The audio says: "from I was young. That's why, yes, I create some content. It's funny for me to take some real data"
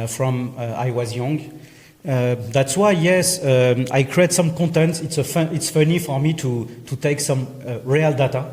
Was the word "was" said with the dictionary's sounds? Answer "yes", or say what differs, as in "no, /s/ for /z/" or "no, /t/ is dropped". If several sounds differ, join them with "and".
yes